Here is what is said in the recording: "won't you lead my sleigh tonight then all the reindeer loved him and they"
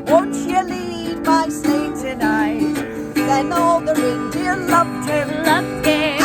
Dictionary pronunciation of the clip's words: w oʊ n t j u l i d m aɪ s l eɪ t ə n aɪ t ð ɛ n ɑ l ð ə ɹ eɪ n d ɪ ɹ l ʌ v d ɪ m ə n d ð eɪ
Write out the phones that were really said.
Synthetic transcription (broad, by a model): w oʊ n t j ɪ l i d m aɪ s eɪ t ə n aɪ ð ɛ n ɑ l ð ə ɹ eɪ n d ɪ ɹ l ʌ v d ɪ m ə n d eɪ